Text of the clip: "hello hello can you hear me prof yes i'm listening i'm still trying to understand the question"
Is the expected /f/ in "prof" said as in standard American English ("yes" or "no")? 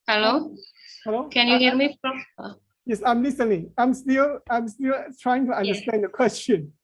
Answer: no